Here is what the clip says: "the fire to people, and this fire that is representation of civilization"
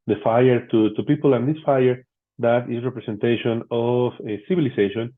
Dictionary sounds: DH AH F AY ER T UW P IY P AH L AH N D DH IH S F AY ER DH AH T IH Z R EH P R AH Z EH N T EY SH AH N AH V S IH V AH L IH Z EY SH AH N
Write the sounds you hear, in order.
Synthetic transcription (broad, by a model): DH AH F AY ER T UW P IY P AH L AH N D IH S F AY ER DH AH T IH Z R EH P R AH S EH N T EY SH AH N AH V S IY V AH L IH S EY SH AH N